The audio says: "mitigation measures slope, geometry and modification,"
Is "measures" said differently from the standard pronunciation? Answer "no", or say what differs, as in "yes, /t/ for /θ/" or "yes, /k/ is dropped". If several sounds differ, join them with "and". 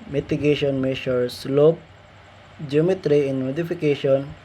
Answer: yes, /ʃ/ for /ʒ/